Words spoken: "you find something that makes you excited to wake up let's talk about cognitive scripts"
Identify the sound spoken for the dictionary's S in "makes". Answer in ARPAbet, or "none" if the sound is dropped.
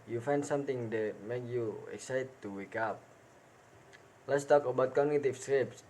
none